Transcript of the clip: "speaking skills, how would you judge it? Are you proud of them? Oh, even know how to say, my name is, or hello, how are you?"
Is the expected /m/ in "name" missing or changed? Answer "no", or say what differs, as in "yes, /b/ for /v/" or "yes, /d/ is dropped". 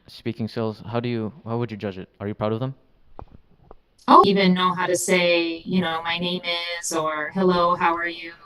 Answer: no